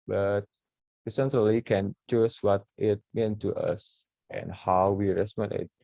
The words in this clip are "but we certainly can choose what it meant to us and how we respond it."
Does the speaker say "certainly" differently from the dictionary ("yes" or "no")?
yes